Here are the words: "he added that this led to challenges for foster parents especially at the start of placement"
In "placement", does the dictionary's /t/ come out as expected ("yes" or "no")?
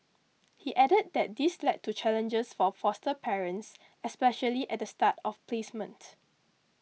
yes